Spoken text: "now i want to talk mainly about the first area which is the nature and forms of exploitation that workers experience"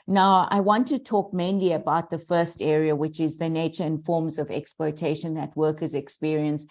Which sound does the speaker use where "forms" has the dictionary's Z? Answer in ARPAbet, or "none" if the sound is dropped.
Z